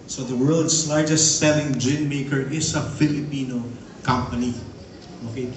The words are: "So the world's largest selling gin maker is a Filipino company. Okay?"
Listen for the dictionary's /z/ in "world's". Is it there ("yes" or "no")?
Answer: no